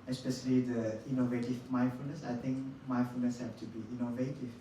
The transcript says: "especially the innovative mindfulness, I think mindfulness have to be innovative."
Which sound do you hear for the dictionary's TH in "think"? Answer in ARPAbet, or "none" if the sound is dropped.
T